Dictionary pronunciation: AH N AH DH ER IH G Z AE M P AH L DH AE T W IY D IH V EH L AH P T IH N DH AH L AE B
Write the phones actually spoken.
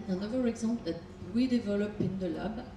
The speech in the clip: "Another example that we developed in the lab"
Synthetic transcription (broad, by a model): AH N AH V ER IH G Z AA P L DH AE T W IY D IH V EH L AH P IH N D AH L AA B